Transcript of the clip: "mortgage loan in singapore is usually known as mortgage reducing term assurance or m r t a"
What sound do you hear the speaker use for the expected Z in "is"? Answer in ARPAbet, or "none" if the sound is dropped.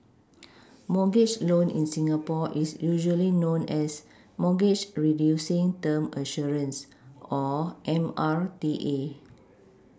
S